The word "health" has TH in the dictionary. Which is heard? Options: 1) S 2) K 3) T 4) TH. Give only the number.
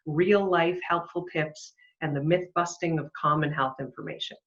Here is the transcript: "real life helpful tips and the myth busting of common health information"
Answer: 4